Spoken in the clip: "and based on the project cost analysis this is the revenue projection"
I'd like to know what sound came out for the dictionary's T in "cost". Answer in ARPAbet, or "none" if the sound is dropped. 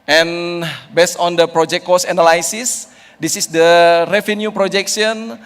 none